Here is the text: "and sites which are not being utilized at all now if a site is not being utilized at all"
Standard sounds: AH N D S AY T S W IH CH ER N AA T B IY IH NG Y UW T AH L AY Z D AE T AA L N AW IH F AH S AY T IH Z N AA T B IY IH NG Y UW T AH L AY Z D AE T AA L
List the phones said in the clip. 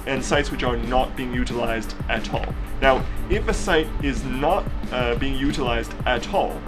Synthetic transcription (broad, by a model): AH N S AY T S W IH CH ER N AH T B IY IH NG Y UW T AH L AY Z D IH T AA L N AW IH F AH S AY T IH Z N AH T B IY IH NG Y UW T AH L AY Z D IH T AA L